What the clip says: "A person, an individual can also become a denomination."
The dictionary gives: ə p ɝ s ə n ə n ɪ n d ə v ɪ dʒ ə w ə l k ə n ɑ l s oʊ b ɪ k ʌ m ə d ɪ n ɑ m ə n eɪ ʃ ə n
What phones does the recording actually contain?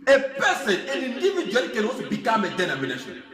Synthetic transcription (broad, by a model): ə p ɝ s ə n ə n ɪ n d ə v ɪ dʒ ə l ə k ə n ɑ s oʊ b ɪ k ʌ m ə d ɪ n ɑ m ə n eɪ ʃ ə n